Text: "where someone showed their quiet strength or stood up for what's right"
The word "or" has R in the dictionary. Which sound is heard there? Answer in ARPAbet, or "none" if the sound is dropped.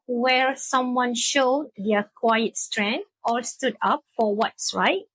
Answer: L